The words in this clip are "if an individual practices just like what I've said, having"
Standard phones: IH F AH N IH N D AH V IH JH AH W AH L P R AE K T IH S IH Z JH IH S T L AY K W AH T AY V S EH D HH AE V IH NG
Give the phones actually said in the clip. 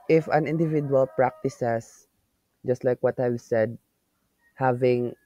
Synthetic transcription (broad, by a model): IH F AH N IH N D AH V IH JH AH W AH L P R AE K T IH S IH S JH IH S T L AY K W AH T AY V S EH D HH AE V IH NG